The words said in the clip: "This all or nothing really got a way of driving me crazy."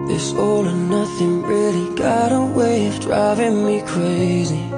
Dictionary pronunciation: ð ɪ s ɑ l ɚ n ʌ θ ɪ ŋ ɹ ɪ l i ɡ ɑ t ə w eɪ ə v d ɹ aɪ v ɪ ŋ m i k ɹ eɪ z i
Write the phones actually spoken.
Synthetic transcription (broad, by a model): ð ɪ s ɑ l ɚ n ʌ θ ɪ ŋ ɹ ɪ l i ɡ ɑ t ə w eɪ ə v d ɹ aɪ v ɪ ŋ m i k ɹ eɪ z i